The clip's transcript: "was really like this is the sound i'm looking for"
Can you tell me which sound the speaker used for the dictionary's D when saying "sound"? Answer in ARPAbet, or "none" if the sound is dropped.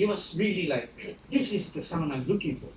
none